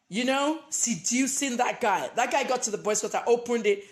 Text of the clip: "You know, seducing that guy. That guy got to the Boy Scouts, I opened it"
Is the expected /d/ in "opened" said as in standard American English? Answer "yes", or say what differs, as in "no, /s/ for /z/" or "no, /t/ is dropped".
yes